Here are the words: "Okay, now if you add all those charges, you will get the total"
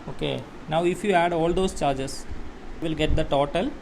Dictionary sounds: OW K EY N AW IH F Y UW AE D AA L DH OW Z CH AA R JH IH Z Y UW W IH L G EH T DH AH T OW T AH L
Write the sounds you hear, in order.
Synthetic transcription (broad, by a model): OW K EY N AW IH F Y UW AE D AA L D OW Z CH AA R JH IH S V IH L G EH T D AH T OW T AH L